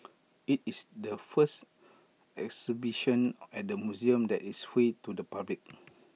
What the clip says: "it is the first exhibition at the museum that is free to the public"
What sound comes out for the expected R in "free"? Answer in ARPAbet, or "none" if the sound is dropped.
none